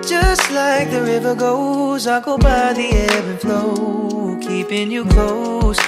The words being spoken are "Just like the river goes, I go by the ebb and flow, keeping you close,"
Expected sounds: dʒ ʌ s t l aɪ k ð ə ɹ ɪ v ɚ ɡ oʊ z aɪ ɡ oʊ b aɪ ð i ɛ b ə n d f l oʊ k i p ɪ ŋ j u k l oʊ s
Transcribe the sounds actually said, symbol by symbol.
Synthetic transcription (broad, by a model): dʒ ʌ s t l aɪ k ð ə ɹ ɪ v ɚ ɡ oʊ z aɪ ɡ oʊ b aɪ ð i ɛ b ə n f l oʊ k i p ɪ ŋ j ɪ k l oʊ s